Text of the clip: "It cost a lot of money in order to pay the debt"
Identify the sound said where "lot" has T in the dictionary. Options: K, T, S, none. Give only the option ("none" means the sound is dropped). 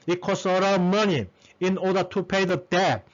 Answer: none